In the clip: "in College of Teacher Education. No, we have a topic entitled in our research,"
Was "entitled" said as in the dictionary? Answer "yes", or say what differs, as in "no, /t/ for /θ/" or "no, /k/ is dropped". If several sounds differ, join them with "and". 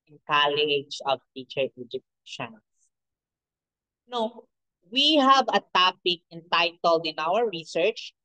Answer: yes